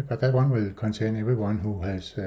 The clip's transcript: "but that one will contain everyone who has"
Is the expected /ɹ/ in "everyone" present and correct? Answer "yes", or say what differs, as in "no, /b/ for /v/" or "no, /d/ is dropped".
no, /ɹ/ is dropped